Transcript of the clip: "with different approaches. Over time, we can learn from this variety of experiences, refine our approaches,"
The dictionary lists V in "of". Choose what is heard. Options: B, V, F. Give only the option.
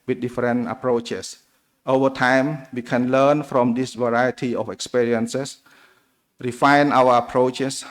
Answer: F